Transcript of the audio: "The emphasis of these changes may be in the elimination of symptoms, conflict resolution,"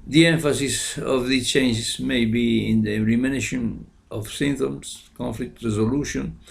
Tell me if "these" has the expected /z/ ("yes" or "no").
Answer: no